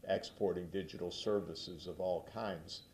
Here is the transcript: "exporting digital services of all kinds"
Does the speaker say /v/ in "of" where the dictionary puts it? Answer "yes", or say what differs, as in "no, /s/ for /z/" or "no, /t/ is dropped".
yes